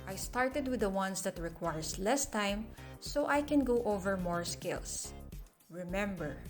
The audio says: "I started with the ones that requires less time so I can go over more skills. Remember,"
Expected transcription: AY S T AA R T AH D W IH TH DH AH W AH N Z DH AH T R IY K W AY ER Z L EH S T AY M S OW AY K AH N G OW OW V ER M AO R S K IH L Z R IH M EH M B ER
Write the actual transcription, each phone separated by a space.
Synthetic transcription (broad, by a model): AY S T AA R T AH D W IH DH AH W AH N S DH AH T R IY K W AY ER S L EH S T AY M S OW AY K AH N G OW OW V ER M AO R S K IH L S R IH M EH M B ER